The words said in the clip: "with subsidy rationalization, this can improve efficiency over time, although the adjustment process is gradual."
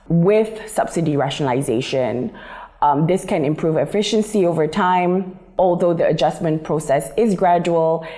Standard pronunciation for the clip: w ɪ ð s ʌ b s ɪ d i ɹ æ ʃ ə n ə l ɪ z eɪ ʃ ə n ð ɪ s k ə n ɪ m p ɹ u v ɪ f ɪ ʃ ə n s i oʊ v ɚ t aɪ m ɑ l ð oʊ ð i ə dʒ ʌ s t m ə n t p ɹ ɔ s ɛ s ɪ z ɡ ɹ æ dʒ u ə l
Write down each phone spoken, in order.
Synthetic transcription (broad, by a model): w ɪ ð s ʌ b s ɪ d i ɹ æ ʃ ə n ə l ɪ z eɪ ʃ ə n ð ɪ s k ə n ɪ m p ɹ u v ɪ f ɪ ʃ ə n s i oʊ v ɚ t aɪ m ɑ l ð oʊ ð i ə dʒ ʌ s m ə n p ɹ ɔ s ɛ s ɪ z ɡ ɹ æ dʒ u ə l